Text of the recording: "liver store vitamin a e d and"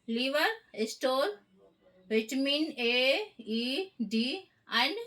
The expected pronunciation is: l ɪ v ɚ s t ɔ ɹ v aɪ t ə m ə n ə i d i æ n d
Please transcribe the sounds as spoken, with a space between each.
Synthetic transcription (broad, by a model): l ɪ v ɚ s t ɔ l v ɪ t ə m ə n ə i d i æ n d